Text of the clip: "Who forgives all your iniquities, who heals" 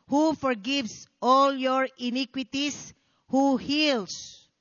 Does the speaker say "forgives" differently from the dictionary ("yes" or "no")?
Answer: yes